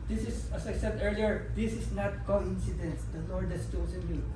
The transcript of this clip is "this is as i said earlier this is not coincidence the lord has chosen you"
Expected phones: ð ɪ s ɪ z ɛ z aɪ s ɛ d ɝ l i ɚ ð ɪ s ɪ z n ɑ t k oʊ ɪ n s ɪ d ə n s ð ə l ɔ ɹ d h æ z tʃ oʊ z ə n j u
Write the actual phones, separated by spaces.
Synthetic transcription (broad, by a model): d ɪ s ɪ s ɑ s aɪ s ɛ d ɝ l i ɚ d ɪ s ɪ s n ɑ t k oʊ ɪ n s ɪ d ə n s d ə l ɔ ɹ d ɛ s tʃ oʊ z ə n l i